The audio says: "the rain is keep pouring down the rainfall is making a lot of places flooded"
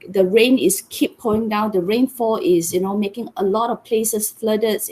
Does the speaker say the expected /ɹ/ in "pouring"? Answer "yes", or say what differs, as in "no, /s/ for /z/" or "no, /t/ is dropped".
no, /ɹ/ is dropped